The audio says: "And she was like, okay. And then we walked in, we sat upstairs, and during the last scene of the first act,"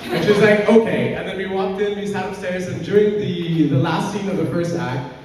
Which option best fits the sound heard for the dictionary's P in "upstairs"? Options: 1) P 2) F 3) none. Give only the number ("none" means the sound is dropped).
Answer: 3